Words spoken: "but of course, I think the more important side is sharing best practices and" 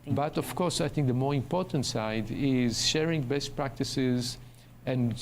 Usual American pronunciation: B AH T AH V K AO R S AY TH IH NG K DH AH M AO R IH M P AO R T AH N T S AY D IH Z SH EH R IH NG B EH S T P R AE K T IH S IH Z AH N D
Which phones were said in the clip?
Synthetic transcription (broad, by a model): B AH T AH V K AO R S AY TH IH NG K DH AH M AO R IH M P AO R T AH N T S AY D IH Z SH EH R IH NG B EH S T P R AE K T IH S IH Z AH N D